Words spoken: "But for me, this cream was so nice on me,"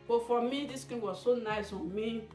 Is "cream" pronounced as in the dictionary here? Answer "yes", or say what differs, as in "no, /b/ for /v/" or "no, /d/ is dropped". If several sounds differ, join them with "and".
no, /ɹ/ is dropped